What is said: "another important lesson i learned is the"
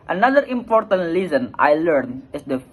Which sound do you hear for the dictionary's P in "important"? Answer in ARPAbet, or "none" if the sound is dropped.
P